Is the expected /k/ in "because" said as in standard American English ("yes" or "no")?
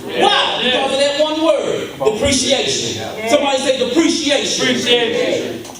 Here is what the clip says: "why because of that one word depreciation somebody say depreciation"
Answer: no